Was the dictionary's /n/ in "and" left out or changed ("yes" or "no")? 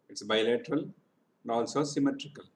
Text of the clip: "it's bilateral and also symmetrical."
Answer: yes